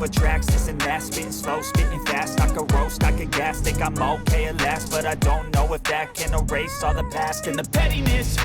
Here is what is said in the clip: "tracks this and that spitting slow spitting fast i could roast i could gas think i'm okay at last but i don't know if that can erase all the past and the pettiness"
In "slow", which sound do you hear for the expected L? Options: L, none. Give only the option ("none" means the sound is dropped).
L